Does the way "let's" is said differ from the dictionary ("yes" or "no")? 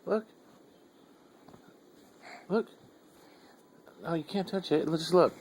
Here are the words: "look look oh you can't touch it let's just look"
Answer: yes